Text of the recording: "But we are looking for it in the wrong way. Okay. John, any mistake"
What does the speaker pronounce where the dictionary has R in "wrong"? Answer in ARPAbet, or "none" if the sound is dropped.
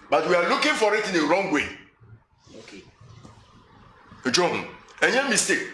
R